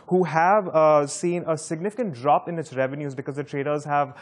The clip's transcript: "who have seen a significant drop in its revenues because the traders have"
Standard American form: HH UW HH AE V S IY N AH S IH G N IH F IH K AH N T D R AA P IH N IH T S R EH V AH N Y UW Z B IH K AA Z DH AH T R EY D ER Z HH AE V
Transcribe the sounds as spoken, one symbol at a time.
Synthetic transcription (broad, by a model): HH UW HH AE V S IY N AH S IH G N IH F IH K AH N T D R AA P IH N IH T S R EH V AH N Y UW Z B IH K AA Z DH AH T R EY D ER Z HH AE V